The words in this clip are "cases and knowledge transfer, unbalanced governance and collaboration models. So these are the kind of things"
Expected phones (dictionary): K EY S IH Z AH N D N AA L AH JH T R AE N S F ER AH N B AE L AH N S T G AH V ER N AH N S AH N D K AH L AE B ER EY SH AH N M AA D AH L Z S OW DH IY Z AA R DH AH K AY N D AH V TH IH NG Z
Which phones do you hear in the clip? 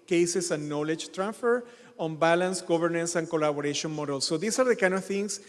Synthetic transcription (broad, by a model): K EY S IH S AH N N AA L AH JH T R AE N S F ER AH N B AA L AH N S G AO B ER N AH N S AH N K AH L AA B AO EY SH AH N M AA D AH L S OW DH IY S AA R DH AH K AY N D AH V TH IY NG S